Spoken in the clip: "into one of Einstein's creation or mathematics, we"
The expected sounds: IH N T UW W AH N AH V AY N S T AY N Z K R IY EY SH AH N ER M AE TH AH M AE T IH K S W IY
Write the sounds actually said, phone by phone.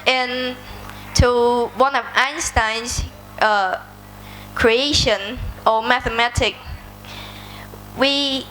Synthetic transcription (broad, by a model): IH N T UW W AH N AH V AY N S T AY N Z K R IY EY SH AH N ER M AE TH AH M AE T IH K W IY